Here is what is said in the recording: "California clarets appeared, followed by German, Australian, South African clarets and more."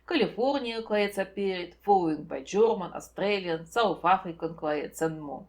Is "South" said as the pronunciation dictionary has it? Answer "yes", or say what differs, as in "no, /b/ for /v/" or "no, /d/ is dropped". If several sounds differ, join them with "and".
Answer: no, /f/ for /θ/